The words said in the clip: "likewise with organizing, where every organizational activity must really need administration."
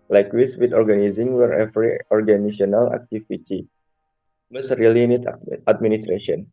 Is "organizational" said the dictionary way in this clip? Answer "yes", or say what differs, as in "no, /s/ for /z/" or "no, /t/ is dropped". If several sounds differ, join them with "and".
no, /s/ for /z/ and /ʃ/ is dropped